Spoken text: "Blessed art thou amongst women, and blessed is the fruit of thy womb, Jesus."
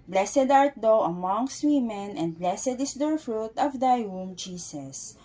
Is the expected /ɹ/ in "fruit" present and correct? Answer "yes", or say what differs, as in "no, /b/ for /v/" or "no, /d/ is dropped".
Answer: yes